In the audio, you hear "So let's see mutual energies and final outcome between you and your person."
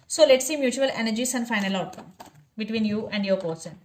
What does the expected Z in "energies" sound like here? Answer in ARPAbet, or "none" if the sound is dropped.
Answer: S